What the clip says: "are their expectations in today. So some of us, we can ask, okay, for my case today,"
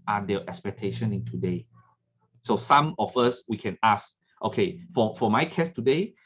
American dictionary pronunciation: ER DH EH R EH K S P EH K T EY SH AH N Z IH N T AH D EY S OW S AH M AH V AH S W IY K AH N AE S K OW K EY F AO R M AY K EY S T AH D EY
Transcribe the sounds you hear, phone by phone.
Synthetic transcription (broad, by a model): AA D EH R EH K S P EH K T EY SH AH N IH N T AH D EY S OW S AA M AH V AH S W IY K AH N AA S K OW K EY F AO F M AY K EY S T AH D EY